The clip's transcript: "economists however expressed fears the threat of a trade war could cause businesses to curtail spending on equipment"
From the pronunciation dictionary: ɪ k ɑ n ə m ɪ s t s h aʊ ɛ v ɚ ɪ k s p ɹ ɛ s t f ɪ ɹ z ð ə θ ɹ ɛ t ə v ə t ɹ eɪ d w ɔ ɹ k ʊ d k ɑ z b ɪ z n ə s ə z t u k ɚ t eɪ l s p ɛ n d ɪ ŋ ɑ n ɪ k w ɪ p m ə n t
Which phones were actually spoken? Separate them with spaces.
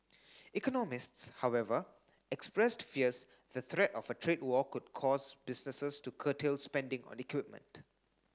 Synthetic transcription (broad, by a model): ɪ k ɑ n ə m ɪ s t s h aʊ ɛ v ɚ ɪ k s p ɹ ɛ s t f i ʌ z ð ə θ ɹ ɛ t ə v ə t ɹ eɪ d w ɔ k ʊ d k ɑ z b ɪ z n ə s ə s t u k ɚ t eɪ l s p ɛ n d ɪ ŋ ɑ n ɪ k w ɪ p m ə n t